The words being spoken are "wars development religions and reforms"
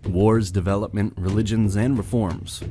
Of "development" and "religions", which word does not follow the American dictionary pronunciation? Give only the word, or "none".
none